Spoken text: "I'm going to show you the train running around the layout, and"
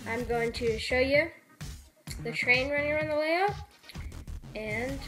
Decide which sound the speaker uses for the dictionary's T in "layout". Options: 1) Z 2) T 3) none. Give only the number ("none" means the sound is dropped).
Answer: 3